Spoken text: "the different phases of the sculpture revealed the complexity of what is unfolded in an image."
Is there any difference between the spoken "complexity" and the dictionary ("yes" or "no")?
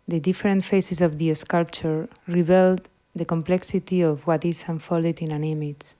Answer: no